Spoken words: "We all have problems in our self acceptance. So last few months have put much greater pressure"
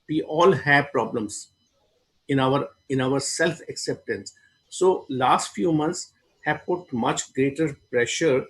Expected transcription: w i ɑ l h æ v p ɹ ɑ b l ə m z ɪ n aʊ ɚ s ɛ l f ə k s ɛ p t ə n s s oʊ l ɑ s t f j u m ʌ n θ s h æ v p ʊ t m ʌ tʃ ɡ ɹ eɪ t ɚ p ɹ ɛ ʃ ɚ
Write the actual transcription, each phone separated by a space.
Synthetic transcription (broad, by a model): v i ɑ l h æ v p ɹ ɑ b l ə m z ɪ n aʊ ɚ s ɛ l f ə k s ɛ p t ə n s s oʊ l ɑ s t f j u m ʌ n t s h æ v p ʊ t m ʌ tʃ ɡ ɹ eɪ t ɚ p ɹ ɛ ʃ ɚ